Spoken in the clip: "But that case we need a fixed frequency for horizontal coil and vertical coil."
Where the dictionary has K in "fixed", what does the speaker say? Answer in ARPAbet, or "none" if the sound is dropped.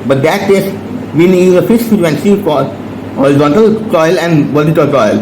none